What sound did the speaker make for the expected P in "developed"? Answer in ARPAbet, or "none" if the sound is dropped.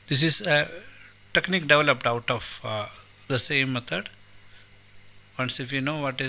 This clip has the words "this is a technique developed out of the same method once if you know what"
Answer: P